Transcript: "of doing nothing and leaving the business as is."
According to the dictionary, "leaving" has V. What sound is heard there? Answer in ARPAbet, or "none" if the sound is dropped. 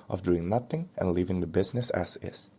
V